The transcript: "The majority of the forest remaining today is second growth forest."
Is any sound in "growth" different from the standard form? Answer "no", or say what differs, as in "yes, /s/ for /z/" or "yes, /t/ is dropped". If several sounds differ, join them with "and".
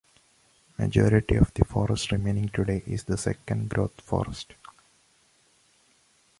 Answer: yes, /t/ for /θ/